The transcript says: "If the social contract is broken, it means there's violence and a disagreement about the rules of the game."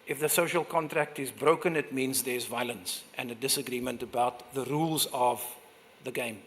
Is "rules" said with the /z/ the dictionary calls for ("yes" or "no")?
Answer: yes